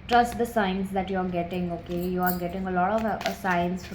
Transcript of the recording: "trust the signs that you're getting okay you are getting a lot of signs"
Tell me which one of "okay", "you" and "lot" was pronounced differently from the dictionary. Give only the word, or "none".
none